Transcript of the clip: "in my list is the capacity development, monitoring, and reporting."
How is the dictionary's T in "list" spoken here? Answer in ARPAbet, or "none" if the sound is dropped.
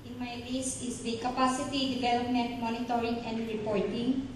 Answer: none